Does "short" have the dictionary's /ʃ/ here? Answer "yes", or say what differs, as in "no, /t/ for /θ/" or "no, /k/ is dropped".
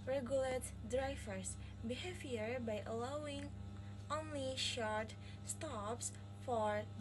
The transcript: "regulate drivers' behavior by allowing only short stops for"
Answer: yes